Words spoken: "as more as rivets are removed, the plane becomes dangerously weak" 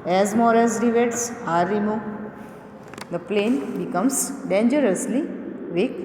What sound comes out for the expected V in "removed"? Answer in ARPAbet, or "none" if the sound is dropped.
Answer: none